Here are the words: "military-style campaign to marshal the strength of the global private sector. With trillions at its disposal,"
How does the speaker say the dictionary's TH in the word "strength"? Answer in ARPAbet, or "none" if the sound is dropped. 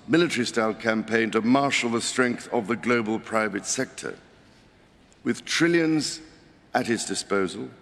TH